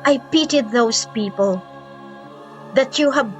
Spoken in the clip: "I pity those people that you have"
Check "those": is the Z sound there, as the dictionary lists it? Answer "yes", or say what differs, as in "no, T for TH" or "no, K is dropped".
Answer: no, S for Z